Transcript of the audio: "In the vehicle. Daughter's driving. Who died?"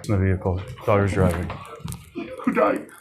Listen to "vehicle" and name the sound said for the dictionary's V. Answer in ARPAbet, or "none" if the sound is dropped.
V